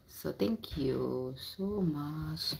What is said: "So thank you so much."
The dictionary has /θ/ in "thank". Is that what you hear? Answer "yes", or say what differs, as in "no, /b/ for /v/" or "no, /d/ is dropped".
no, /t/ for /θ/